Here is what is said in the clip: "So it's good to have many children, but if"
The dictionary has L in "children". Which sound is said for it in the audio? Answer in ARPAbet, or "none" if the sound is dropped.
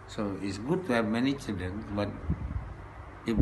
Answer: none